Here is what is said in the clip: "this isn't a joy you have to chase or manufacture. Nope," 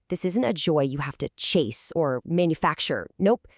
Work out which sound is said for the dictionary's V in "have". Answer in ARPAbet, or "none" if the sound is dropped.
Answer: F